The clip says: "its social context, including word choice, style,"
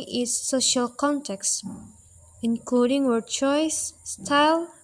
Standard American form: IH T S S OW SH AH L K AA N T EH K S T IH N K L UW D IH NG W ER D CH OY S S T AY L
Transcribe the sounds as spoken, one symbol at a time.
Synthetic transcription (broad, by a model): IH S S OW SH AH L K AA N T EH K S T IH N K L UW D IH NG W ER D CH OY S S T AY L